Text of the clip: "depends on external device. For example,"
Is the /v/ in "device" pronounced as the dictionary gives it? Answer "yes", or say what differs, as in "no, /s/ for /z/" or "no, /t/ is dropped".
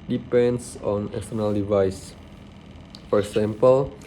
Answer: yes